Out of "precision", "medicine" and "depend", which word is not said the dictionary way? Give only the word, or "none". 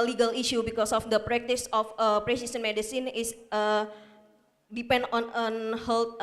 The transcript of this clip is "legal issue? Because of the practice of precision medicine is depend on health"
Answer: precision